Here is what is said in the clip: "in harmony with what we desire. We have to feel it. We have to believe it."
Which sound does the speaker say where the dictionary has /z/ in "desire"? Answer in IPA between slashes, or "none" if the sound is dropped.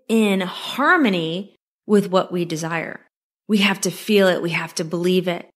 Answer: /z/